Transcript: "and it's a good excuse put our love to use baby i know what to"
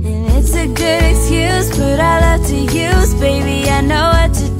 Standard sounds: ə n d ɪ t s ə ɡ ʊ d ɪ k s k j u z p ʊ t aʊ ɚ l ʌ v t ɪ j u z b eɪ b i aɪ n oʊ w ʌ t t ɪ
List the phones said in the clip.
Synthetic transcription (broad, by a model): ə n ɪ t s ə ɡ ʊ d ɪ k s k j u z b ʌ t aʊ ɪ l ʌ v t ɪ j u z b eɪ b i aɪ n oʊ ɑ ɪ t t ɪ